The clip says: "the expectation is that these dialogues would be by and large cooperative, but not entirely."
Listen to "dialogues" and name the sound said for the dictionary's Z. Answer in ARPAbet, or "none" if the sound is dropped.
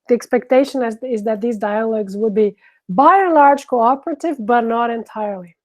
Z